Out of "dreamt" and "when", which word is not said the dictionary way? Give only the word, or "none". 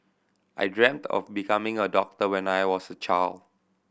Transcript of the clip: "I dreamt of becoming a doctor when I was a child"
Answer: none